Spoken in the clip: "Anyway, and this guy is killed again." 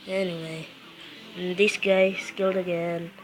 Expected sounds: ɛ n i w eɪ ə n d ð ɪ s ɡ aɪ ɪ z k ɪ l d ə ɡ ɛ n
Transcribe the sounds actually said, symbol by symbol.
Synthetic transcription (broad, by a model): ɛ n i w eɪ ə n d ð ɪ s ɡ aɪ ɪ s k ɪ l d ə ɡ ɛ n